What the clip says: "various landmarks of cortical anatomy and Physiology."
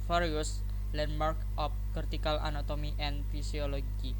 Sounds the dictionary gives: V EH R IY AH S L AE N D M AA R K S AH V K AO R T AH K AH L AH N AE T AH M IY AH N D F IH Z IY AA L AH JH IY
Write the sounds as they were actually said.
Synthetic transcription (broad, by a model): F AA R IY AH S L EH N M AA R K AH P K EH R T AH K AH L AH N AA T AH M IY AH N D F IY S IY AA L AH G IY